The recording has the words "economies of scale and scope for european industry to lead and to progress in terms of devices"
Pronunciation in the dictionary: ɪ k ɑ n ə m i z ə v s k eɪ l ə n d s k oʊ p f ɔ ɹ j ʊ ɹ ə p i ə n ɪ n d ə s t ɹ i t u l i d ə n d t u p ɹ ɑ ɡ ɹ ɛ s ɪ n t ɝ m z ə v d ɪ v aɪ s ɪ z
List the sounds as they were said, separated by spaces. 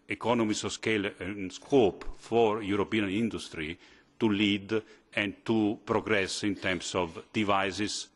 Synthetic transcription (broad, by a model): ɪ k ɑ n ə m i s s k eɪ l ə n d s k oʊ p f ɔ ɹ j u ɹ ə p i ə n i n d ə s t ɹ i t u l i d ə n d t u p ɹ ɑ ɡ ɹ ɛ s ɪ n t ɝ m s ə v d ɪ v aɪ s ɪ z